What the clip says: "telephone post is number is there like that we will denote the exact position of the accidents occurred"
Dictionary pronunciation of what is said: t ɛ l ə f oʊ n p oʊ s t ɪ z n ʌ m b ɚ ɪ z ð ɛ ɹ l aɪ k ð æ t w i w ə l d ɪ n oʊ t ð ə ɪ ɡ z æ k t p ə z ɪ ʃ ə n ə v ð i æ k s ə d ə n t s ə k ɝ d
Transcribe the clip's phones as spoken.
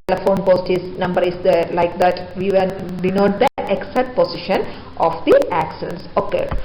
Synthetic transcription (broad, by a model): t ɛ l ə f oʊ n p oʊ s t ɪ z n ʌ m b ɚ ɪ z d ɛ l aɪ k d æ t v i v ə n d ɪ n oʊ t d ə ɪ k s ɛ t p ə s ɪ ʃ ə n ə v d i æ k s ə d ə n s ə k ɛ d